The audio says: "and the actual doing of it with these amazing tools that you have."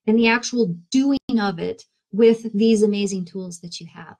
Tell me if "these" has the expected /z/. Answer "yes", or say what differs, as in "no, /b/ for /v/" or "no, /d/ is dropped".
yes